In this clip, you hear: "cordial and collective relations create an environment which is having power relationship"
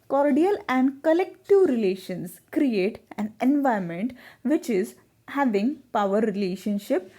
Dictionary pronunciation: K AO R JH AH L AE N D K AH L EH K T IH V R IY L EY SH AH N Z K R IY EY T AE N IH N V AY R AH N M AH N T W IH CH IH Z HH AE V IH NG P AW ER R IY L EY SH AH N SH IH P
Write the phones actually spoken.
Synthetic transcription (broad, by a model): K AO R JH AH L AE N D K AH L EH K T IH V R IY L EY SH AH N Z K R IY EY T AE N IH N V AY AH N M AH N T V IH CH IH Z HH AE V IH NG P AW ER R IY L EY SH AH N SH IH P